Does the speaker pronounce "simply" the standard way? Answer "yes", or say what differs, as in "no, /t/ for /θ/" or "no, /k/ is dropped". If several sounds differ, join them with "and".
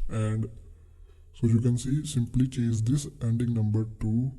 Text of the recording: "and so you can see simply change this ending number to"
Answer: yes